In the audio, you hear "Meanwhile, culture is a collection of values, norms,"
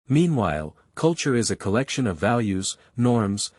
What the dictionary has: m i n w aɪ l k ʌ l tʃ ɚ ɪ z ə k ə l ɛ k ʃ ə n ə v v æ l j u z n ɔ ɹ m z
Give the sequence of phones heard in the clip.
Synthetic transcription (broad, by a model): m i n w aɪ l k ʌ l tʃ ɚ ɪ z ə k ə l ɛ k ʃ ə n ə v v æ l j u z n ɔ ɹ m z